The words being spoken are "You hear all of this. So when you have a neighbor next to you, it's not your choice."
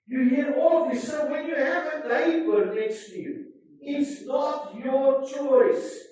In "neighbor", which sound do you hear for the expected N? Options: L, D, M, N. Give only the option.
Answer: L